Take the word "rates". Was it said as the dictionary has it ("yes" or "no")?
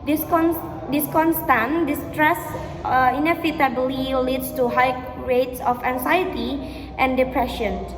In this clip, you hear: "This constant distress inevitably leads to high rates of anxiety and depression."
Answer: yes